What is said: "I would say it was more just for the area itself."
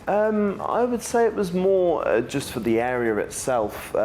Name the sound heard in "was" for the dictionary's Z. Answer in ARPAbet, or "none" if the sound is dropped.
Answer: Z